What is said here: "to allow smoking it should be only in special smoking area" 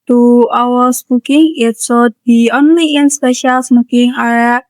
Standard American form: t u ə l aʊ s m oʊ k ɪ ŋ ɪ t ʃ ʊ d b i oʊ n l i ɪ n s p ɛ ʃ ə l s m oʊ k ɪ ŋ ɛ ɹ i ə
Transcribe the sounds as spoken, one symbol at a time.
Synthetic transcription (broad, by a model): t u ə w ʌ s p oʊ k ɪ ŋ ɪ t s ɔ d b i oʊ n l i ɪ n s p ɛ ʃ ə l s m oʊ k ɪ ŋ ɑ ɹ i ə